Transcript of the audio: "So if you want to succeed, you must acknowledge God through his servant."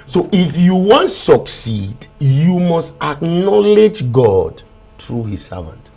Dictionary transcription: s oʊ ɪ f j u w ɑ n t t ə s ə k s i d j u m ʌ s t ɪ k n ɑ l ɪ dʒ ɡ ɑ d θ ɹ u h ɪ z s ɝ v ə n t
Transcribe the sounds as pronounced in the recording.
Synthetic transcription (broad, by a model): s oʊ ɪ f j u w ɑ n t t s ə k s i d j u m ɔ s t ɪ k n ɑ l ɪ dʒ ɡ ɑ d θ ɹ u h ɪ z s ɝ v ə n t